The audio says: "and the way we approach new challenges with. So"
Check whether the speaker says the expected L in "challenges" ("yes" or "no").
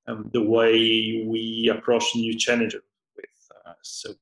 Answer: no